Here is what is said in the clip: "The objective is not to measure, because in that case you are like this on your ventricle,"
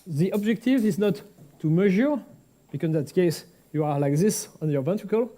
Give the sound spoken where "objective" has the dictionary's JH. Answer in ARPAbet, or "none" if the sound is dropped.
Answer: JH